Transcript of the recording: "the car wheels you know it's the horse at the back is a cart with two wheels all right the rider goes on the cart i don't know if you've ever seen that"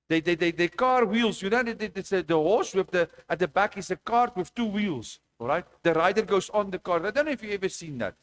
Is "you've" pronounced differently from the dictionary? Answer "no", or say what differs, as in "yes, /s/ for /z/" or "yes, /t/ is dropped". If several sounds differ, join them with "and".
yes, /v/ is dropped